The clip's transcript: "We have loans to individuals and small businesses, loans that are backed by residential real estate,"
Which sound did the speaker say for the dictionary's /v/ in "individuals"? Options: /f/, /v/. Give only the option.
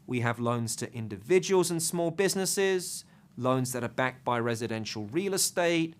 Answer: /v/